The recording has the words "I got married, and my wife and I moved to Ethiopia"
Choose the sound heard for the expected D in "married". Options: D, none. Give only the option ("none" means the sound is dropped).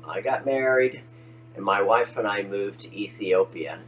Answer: D